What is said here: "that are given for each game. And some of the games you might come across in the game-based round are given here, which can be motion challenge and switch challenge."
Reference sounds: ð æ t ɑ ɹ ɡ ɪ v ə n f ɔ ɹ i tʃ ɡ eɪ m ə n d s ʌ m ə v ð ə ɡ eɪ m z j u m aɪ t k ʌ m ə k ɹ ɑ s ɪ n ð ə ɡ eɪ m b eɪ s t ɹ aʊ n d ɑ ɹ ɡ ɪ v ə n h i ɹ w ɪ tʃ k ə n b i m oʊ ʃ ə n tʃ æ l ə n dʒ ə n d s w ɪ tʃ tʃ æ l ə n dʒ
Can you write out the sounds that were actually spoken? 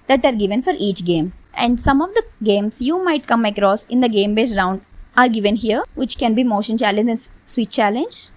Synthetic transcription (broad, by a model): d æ t ɑ ɹ ɡ ɪ v ə n f ɔ ɹ i tʃ ɡ eɪ m ə n d s ʌ m ə v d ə ɡ eɪ m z j u m aɪ t k ʌ m ə k ɹ ɑ s ɪ n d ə ɡ eɪ m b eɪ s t ɹ aʊ n d ɑ ɹ ɡ ɪ v ə n h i ɹ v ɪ tʃ k ə n b i m oʊ ʃ ə n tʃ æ l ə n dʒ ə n s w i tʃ tʃ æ l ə n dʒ